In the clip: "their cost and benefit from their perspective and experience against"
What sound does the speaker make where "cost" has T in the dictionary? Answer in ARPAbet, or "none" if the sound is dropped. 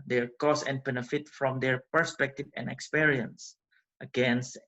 none